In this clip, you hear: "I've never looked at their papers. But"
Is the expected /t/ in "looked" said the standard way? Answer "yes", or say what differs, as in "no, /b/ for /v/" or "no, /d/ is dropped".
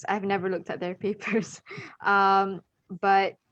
yes